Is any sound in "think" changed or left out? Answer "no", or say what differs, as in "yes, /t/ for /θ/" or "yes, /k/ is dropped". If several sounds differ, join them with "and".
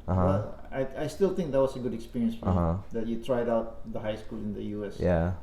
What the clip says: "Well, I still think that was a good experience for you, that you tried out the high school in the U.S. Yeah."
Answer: yes, /t/ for /θ/